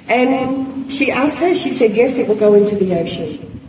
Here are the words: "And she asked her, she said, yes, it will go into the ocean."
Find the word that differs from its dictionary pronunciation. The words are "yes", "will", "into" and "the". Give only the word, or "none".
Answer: none